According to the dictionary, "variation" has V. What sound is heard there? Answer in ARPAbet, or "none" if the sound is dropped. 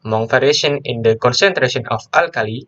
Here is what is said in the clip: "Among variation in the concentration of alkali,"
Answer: F